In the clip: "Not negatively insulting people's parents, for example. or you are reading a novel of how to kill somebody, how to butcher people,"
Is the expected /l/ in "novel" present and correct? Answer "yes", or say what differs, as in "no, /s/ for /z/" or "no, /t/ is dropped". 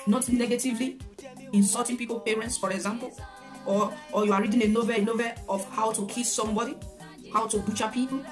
no, /n/ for /l/